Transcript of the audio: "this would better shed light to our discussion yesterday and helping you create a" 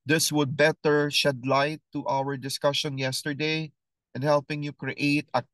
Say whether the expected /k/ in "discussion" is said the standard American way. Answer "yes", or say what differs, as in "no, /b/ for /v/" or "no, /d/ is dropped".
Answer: yes